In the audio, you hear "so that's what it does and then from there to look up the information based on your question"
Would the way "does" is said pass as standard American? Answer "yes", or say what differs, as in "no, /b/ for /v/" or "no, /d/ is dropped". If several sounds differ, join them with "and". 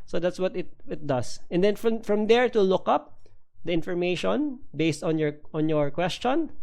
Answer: no, /s/ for /z/